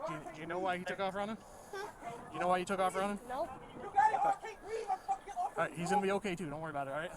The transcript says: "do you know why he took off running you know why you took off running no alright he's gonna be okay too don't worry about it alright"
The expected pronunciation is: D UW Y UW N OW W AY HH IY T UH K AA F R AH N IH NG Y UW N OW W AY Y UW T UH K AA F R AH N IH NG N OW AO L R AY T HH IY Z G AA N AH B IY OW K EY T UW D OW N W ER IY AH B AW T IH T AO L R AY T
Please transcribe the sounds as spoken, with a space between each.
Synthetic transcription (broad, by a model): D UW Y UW N OW W AY HH IY T UH K AA F R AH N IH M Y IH N OW W AY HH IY T UH K AA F R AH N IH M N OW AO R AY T HH IY Z G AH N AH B IY OW K EY T UW D OW N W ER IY AH B AW T IH T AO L R AY T